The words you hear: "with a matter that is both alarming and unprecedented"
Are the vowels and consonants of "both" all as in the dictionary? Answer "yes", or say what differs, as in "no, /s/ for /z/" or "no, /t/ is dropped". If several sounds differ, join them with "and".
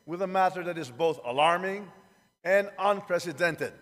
yes